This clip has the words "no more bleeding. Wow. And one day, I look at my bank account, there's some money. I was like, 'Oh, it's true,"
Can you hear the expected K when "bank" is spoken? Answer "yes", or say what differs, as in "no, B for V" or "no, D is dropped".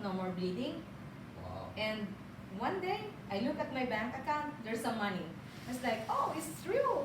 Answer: yes